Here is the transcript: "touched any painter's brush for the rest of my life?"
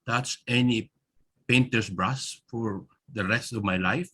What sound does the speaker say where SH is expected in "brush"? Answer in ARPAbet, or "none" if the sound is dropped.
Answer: S